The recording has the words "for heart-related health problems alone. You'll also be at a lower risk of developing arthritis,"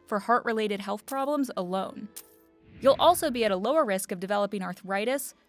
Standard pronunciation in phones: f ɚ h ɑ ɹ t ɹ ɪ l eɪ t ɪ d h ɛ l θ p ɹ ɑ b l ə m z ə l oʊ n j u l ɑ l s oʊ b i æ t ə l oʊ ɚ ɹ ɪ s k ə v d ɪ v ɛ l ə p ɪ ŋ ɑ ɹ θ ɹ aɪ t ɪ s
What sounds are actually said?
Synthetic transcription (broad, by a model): f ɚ h ɑ ɹ t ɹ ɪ l eɪ t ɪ d h ɛ l θ p ɹ ɑ b l ə m z ə l oʊ n j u l ɑ l s oʊ b i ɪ t ə l oʊ ɚ ɹ ɪ s k ə v d ɪ v ɛ l ə p ɪ ŋ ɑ ɹ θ ɹ aɪ t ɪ s